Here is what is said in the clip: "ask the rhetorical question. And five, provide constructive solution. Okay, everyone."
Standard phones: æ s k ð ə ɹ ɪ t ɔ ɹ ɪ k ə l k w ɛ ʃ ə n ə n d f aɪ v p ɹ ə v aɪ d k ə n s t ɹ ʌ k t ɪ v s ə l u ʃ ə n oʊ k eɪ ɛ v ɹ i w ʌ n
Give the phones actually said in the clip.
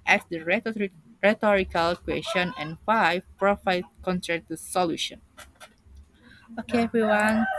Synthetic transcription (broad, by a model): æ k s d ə ɹ ɪ t ɔ ɹ ɪ k ə l k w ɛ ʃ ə n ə n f aɪ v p ɹ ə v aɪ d k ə n t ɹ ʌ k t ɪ s ə l u ʃ ə n oʊ k eɪ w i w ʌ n